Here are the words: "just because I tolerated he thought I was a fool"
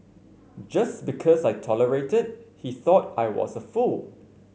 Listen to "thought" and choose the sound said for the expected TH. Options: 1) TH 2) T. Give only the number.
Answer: 1